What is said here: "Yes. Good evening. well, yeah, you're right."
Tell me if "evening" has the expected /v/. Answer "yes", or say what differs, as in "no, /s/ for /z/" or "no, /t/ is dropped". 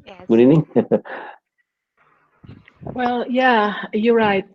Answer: no, /v/ is dropped